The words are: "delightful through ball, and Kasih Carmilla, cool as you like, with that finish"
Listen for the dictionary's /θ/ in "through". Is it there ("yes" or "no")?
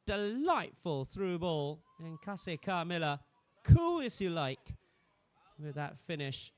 yes